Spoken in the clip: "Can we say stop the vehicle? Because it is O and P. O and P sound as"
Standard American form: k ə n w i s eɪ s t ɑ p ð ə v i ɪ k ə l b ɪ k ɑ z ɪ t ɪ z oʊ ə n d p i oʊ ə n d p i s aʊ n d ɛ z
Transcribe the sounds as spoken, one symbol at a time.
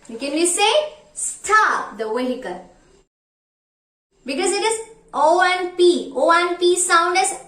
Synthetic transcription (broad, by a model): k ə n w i s eɪ s t ɑ p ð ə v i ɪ k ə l b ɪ k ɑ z ɪ t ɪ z oʊ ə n p i oʊ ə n p i s aʊ n d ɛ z